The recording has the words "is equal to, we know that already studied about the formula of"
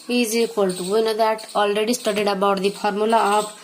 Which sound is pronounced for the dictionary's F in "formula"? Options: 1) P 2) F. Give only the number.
1